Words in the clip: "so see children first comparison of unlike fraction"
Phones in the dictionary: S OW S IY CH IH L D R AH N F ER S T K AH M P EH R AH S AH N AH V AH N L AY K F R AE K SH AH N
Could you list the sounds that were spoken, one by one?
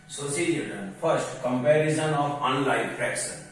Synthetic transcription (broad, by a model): S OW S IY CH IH D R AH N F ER S T K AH M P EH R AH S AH N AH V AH N L AY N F R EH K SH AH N